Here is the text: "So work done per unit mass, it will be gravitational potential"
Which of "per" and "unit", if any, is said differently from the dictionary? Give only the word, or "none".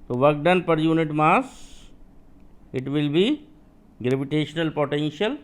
none